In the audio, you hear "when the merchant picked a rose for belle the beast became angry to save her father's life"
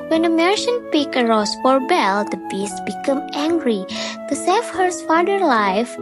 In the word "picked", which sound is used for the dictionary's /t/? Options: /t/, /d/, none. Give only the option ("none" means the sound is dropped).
none